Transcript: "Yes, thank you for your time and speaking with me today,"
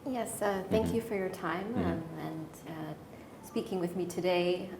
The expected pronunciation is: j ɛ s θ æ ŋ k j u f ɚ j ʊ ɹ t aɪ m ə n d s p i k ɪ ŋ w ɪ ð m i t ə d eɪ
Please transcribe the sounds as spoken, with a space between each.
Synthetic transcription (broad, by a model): j ɛ s θ æ ŋ k j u f ɚ j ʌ ɹ t aɪ m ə n s p i k ɪ ŋ w ɪ ð m i t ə d eɪ